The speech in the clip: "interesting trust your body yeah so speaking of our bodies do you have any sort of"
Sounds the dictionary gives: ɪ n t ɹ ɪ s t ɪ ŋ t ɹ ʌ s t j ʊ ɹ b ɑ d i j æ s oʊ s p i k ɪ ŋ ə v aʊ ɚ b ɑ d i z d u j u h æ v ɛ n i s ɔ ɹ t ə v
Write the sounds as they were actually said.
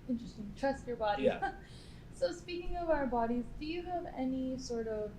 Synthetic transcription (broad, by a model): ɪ n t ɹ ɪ s t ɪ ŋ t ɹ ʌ s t j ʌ ɹ b ɑ d i s oʊ s p i k ɪ ŋ ə v aʊ ɚ b ɑ d i z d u j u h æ v ɛ n i s ɔ ɹ t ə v